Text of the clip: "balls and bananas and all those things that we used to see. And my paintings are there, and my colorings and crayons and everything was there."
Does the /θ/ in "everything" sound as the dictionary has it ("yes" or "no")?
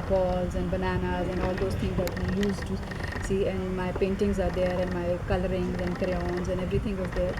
no